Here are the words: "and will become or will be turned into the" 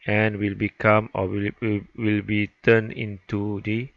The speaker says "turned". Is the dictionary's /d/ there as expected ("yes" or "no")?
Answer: no